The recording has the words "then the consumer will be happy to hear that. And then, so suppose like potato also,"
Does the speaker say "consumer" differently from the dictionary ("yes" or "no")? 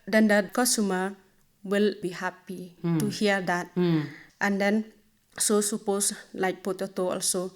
yes